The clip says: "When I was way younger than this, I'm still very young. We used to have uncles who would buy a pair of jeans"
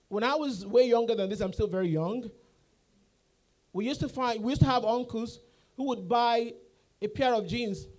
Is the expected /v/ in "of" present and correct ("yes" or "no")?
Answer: yes